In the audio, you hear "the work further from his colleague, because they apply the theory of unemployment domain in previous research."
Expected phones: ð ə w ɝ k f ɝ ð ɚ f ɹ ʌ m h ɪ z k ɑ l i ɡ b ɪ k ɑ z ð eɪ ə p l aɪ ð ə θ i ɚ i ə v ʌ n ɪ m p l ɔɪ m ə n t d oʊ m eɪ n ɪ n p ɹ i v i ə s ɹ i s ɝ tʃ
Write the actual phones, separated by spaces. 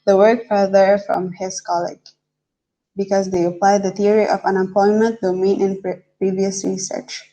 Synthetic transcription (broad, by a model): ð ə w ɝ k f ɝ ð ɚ f ɹ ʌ m h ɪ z k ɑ l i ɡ b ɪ k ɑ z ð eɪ ə p l aɪ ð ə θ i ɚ i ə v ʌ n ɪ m p ɔɪ m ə n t d oʊ m eɪ n ɪ n p ɹ i v i ə s ɹ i s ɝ tʃ